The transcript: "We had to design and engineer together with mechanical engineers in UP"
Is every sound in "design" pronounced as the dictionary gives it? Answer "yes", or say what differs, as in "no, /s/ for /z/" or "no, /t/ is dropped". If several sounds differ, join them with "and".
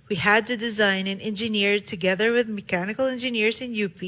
yes